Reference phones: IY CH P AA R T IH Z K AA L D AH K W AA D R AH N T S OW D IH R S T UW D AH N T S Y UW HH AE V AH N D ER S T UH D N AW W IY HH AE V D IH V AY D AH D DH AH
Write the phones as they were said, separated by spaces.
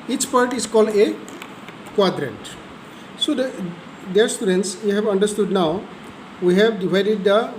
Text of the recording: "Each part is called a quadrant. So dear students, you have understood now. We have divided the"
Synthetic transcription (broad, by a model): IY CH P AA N T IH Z K AA L D AH K W AA D R AH N T S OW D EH R S T UW D AH N T S Y UW HH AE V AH N D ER S T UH D N AW W IY HH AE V D IH V AY D AH D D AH